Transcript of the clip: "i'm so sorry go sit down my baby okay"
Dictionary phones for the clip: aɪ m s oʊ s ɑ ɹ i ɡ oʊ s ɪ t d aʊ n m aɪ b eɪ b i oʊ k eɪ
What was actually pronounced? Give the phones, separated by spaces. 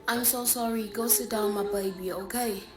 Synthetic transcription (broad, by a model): aɪ m s oʊ s ɑ ɹ i ɡ oʊ s ɪ t d aʊ n m aɪ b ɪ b i oʊ k eɪ